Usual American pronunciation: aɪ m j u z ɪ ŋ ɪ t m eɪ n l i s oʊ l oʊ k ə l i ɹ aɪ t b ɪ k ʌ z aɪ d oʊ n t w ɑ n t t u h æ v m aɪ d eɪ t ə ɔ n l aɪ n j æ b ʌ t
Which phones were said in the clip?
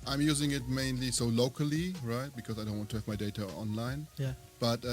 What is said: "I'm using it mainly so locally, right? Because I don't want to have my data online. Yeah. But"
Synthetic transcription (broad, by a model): aɪ m j u z ɪ ŋ ɪ t m eɪ n l i s oʊ l oʊ k ə l i ɹ aɪ t b ɪ k ʌ z aɪ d oʊ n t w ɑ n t t u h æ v m aɪ d eɪ t ə ɔ n l aɪ n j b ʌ t